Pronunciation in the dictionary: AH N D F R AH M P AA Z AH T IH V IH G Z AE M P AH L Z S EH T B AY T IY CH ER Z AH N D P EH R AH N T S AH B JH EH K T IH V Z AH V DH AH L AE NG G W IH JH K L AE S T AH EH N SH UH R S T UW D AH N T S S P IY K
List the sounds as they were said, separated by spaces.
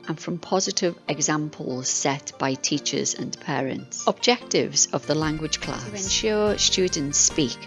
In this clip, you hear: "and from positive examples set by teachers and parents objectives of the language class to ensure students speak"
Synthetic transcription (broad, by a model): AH N F R AH M P AA Z AH T IH V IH G Z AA M P AH L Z S EH T B AY T IY CH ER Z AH N P EH R AH N T S AH B JH EH K T IH V Z AH V DH AH L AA NG G W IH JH K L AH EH N SH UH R S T UW D N T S S P IY K